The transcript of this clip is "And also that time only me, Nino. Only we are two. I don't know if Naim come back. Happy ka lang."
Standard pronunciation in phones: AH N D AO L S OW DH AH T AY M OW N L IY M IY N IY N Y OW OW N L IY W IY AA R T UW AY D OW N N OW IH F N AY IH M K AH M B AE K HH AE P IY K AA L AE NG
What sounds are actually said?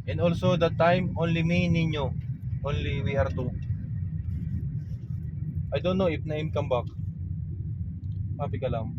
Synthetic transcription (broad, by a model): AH N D AO L S OW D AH T AY M OW N L IY M IY N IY N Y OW OW N L IY W IY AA R T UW AY D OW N N OW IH P N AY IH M K AH M B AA K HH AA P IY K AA L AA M